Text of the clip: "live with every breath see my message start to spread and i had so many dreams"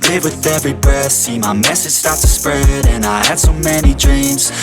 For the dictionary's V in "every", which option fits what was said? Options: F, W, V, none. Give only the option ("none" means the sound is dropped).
V